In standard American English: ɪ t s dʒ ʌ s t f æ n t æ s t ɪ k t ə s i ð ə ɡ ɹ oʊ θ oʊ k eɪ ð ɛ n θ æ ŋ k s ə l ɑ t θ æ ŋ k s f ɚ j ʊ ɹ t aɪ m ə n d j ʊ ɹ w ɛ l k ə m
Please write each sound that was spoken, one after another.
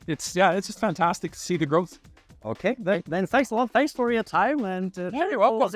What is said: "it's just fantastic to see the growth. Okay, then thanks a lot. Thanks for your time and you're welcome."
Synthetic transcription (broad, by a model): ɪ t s dʒ ʌ s t f æ n t æ s t ɪ k t ə s i ð ə ɡ ɹ oʊ θ oʊ k eɪ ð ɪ n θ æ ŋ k s ə l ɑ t θ æ ŋ k s f ɚ j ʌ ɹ t aɪ m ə n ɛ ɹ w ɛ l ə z